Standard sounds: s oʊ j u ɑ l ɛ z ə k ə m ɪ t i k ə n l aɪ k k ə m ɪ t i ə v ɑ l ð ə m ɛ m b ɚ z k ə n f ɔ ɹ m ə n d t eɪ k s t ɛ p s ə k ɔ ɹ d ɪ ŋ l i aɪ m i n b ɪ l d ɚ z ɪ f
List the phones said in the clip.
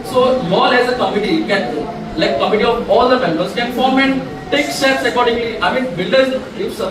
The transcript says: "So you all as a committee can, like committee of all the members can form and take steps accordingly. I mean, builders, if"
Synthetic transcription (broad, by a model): s oʊ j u ɑ l ɛ z ə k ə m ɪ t i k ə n l aɪ k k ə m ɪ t i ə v ɑ l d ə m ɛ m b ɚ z k ə n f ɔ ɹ m ə n d t eɪ k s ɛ s ə k ɔ ɹ d ɪ ŋ l i aɪ m i n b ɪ l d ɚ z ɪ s